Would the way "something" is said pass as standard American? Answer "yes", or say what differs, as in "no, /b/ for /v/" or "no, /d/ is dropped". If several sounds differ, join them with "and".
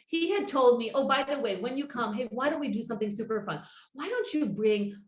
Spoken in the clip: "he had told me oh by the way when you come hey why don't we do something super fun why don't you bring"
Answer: yes